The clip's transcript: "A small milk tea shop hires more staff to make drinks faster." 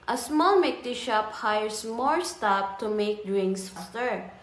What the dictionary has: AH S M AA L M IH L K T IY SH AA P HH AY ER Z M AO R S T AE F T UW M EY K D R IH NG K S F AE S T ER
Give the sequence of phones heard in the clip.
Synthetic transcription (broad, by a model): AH S M AA L M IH K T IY SH AA P HH AY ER S M AO R S T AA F T UW M EY K D R IH NG K S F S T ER